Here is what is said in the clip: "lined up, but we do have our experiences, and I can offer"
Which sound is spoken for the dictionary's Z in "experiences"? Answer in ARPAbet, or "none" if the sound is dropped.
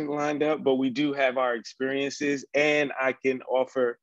Z